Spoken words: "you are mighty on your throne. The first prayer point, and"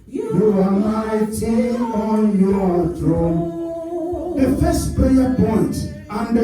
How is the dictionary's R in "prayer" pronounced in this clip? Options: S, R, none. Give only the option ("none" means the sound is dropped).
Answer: none